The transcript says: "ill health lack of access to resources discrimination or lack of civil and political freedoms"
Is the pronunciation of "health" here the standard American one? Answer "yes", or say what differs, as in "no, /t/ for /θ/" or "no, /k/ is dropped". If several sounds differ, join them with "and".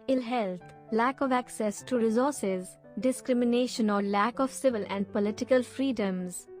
no, /t/ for /θ/